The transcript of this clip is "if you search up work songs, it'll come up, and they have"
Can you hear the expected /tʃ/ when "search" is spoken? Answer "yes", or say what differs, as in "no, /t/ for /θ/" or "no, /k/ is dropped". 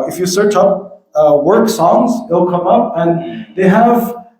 yes